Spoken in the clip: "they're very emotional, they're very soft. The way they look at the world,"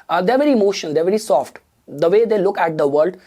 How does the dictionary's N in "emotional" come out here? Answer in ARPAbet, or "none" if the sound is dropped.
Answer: none